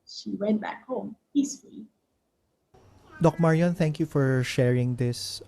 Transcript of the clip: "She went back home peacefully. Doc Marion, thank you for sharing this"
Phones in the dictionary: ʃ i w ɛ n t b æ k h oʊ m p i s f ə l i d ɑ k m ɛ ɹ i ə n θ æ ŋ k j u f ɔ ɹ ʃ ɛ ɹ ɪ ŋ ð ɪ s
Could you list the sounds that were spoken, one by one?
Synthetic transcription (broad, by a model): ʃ i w ɛ n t b æ k h oʊ m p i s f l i d ɑ k m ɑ ɹ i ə n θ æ ŋ k j u f ɔ ɹ ʃ ɛ ɹ ɪ ŋ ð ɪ s